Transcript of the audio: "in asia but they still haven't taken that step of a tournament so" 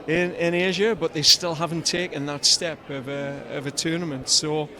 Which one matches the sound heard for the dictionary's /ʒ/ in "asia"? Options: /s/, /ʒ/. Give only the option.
/ʒ/